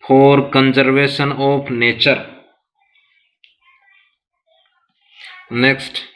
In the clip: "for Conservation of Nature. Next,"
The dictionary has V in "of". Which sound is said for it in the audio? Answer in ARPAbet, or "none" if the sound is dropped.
P